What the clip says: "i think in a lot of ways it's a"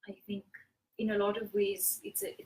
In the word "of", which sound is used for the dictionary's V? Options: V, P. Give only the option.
V